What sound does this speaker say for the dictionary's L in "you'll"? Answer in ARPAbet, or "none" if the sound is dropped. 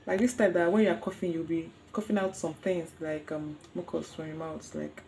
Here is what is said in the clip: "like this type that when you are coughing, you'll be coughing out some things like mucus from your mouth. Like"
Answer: W